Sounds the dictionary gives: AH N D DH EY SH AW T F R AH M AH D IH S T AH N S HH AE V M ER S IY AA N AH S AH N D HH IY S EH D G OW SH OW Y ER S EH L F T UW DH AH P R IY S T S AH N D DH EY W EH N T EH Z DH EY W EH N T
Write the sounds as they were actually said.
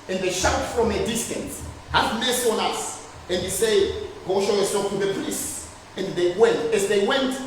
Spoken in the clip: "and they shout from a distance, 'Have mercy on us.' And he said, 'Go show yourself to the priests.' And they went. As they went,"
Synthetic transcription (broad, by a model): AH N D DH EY SH AW T F R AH M AH D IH S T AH N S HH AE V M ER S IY AA N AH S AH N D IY S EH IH G OW SH OW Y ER S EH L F T UW DH AH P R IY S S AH N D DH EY W EH N T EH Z DH EY W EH N T